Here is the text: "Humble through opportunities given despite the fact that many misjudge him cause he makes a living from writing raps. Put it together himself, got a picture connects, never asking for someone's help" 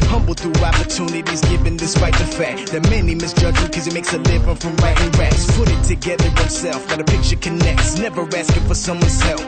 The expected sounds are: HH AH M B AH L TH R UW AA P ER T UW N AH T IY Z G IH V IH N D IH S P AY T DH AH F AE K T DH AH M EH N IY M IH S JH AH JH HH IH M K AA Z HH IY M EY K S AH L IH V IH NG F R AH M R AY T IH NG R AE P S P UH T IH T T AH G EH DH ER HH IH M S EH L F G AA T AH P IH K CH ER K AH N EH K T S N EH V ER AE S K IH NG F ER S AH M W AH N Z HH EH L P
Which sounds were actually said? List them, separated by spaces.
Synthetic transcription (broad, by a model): HH AH M B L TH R AA P ER T UW N AH T IY Z G IH V IH N D IH S P AY T DH AH F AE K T DH AH M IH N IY M IH S JH AH JH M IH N K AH Z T M EY K S AH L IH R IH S F R AH M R AY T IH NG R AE S P UH T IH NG T AH G EH DH ER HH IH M S EH L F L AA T AH P IH K CH ER K AH N EH K T S N EH V ER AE S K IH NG F ER S AH M W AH N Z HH EH L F